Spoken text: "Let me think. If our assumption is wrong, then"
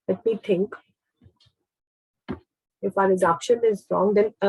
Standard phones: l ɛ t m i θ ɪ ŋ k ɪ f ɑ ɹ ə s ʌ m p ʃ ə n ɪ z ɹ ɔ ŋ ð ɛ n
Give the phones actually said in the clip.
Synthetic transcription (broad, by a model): l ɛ t m i t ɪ ŋ k ɪ f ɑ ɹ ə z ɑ p ʃ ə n ɪ z ɹ ɔ ŋ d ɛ n